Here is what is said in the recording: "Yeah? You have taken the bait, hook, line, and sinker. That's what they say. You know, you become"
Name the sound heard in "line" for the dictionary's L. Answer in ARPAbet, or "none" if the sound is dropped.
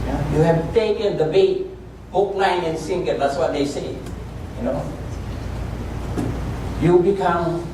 N